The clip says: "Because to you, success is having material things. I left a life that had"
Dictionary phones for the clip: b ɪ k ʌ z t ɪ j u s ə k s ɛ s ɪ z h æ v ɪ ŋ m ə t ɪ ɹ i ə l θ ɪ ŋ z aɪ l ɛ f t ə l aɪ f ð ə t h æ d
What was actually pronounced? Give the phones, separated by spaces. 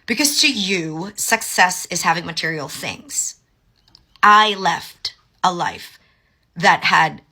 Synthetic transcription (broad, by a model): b ɪ k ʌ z t ɪ j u s ə k s ɛ s ɪ z h æ v ɪ ŋ m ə t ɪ ɹ i l θ ɪ ŋ z aɪ l ɛ f t ə l aɪ f ð ə t h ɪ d